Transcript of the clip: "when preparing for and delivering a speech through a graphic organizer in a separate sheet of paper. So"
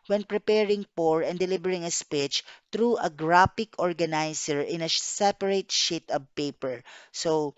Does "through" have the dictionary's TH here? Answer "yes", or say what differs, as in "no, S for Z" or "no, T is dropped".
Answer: no, T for TH